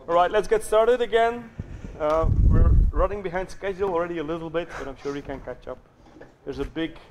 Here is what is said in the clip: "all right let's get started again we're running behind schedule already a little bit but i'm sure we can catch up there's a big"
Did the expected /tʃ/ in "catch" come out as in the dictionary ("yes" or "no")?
yes